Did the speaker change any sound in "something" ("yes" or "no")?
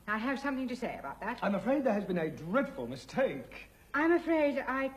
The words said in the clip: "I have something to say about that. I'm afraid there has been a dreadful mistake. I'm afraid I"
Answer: no